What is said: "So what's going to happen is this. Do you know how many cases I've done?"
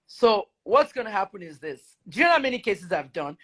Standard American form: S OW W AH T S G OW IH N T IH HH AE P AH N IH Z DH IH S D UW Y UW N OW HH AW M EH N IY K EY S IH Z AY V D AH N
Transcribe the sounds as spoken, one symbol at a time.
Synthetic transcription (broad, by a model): S OW W AH T S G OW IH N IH HH AE P AH N IH Z DH IH S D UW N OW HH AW M EH N IY K EY S IH Z AY V D AH N